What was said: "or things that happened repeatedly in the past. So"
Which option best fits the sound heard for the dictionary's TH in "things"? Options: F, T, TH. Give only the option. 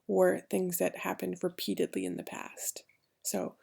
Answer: TH